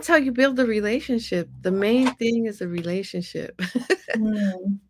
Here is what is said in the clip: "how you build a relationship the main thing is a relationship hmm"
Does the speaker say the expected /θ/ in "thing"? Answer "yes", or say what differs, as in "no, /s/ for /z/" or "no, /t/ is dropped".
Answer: yes